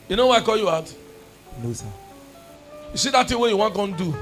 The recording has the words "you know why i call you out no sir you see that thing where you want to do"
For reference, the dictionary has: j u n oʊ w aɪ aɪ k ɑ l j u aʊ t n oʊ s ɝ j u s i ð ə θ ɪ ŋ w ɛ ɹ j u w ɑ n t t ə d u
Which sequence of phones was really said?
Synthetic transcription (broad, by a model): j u n oʊ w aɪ aɪ k ɑ l j u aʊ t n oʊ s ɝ j u s i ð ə t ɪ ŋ w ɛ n j u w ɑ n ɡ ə d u